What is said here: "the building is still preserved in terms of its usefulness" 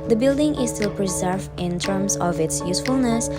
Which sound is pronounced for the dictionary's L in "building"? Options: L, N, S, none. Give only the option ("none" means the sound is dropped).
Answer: L